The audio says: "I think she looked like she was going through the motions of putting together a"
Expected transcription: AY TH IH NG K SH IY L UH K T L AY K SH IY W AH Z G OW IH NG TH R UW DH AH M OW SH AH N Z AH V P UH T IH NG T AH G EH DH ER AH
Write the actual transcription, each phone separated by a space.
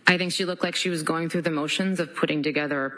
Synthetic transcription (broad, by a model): AY TH IH NG K SH IY L UH K T L AY K SH IY W AH Z G OW IH NG TH R UW DH AH M OW SH AH N Z AH V P UH T IH NG T AH G EH DH ER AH